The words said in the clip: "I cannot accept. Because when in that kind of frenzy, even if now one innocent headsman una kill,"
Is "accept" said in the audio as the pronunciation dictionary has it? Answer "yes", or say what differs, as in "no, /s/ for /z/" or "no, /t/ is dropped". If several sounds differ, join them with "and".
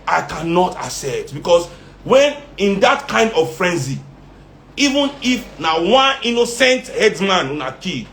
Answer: no, /p/ is dropped